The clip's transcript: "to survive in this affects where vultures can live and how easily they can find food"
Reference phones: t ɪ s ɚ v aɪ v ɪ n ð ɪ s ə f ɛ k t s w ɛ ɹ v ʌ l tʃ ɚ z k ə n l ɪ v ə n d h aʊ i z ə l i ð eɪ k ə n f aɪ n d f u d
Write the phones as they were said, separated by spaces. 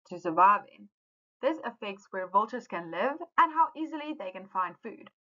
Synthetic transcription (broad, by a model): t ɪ s ɚ v aɪ v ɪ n ð ɪ s ə f ɛ k t s w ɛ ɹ v ʌ l tʃ ɚ z k ə n l ɪ v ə n h aʊ i z ə l i ð eɪ k ə n f aɪ n d f u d